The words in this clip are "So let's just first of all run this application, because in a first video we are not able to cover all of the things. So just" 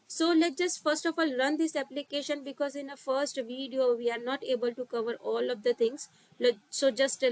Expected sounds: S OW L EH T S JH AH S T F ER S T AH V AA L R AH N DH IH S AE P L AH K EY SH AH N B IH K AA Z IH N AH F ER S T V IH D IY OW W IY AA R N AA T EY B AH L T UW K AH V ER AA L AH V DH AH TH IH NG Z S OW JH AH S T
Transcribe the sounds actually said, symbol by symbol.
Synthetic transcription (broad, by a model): S OW L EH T JH AH S T F ER S T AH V AA L R AH N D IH S AE P L AH K EY SH AH N B IH K AA Z IH N AH F ER S T V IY D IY OW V IY AA R N AA T EY B AH L T UW K AH V ER AA L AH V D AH T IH NG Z S OW JH AH S T